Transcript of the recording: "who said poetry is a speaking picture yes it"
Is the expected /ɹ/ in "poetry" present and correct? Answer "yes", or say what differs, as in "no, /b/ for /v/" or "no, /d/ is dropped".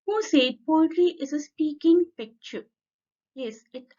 no, /l/ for /ɹ/